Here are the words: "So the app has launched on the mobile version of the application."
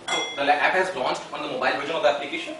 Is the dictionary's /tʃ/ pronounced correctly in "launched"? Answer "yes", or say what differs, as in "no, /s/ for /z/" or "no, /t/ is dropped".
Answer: no, /s/ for /tʃ/